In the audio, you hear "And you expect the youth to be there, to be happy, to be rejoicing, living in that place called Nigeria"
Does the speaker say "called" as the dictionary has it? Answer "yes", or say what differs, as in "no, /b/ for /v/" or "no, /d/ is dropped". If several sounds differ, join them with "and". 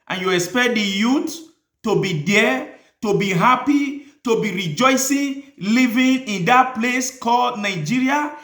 yes